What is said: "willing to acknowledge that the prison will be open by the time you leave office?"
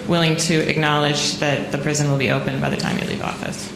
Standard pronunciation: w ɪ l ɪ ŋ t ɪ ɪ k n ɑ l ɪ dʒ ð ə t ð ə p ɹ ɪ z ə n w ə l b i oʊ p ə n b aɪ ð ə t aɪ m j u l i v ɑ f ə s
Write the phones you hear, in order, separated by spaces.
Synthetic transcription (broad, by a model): w ɪ l ɪ ŋ t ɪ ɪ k n ɑ l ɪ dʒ ð ə t ð ə p ɹ ɪ z ə n w ə l b i oʊ p ə n b aɪ ð ə t aɪ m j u l i v ɑ f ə s